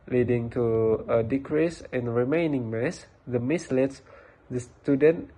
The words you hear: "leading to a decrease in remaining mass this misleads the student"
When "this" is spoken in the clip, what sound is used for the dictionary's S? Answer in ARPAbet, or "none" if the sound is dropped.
none